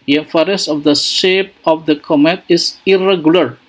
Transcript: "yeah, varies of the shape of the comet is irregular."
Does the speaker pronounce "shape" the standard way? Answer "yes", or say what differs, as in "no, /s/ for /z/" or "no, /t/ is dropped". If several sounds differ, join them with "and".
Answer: yes